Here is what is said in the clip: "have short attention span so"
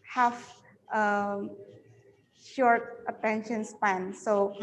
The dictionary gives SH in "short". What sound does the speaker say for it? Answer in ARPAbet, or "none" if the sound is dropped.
SH